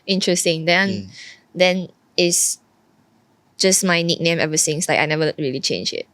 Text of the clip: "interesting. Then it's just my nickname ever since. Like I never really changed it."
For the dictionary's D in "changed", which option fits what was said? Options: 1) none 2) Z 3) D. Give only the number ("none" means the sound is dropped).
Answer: 1